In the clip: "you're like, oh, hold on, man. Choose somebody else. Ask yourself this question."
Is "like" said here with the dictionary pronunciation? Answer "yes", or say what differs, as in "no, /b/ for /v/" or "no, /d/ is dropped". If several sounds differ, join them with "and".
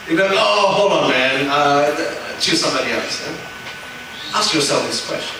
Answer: no, /k/ is dropped